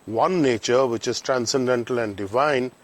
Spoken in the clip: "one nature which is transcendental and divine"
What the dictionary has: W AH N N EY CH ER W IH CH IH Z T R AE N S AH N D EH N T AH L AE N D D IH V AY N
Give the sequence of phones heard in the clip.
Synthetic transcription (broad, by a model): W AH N N EY CH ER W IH CH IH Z T R AE N S AH N D EH N T AH L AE N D D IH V AY N